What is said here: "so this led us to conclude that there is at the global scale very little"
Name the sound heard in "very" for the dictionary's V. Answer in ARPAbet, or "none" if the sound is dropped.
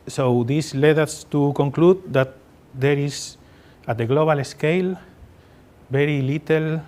B